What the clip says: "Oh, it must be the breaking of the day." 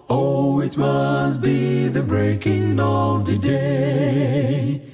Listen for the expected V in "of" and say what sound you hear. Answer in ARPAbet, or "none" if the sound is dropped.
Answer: V